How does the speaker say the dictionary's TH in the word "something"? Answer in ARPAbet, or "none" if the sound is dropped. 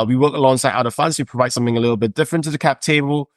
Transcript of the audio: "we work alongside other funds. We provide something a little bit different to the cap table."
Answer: TH